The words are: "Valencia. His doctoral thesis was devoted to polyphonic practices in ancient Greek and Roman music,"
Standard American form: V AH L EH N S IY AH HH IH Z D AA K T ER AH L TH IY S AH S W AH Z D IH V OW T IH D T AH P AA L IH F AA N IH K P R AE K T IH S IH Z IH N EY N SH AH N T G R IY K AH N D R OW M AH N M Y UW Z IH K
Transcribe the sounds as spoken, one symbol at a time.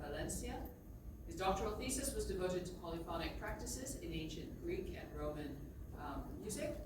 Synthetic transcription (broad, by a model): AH L EH N S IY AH HH IH Z D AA K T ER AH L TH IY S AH S W AH Z D IH V OW T IH D T AH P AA L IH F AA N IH K P R AE K T IH S IH Z IH N EY N SH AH N G R IY K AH N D R OW M AH N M Y UW Z IH K